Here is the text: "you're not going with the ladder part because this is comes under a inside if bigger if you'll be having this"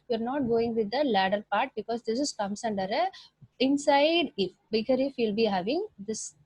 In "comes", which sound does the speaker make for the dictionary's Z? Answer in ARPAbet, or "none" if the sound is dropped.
S